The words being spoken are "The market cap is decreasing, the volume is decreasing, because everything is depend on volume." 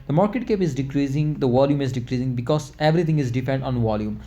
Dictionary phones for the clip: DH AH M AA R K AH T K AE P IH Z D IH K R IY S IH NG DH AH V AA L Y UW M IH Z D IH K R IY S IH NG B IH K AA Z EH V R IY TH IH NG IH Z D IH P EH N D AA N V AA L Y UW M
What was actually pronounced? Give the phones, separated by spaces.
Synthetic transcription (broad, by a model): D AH M AA R K AH T K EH P IH Z D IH K R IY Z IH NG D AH V AA L Y UW M IH Z D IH K R IY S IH NG B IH K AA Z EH V R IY T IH NG IH Z D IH F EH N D AA N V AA L Y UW M